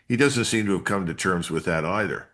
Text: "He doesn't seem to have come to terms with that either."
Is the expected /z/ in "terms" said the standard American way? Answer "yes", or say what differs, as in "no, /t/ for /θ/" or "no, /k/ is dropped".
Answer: yes